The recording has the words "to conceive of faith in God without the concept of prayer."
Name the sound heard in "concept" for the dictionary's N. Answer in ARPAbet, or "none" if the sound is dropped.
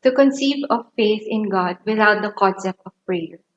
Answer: none